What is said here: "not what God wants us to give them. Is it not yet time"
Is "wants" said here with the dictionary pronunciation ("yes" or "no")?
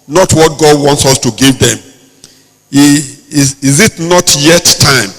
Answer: yes